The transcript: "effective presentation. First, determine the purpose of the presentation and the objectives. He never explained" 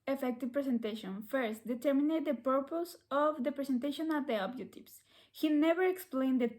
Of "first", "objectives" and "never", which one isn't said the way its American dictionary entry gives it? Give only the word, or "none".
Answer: objectives